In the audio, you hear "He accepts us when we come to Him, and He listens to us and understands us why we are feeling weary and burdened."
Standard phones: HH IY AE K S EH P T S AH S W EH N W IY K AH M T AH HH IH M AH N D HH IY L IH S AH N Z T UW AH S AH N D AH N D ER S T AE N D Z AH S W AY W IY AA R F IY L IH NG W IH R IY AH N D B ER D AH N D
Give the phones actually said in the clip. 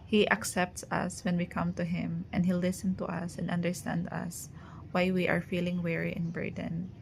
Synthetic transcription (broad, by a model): HH IY AE K S EH P T S AH S W EH N W IY K AH M T AH HH IH M AH N D HH IY L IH S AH N T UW AH S AH N D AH N D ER S T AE N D AH S W AY W IY AA R F IY L IH NG W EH R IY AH N B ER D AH N